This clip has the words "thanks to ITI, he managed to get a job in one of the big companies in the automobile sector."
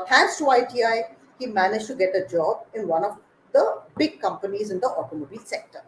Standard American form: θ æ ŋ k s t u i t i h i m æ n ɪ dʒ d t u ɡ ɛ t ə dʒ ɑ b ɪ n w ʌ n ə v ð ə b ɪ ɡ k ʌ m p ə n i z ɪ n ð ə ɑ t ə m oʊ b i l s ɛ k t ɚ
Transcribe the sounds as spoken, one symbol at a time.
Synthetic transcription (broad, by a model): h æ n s t u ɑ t i h i m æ n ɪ dʒ t u ɡ ɛ t ə dʒ ɑ b ɪ n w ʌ n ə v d ə b ɪ ɡ k ʌ m p ə n i z ɪ n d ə ɑ t ə m oʊ b i l s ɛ k t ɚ